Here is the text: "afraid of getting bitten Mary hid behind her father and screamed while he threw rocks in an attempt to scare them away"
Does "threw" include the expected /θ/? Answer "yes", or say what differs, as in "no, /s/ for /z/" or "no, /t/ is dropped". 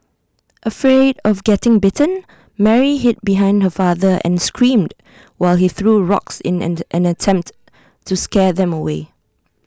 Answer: yes